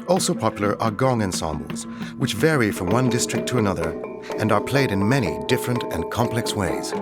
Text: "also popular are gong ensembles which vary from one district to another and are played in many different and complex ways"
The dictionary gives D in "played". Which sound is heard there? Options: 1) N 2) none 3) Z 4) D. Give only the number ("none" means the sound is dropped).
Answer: 4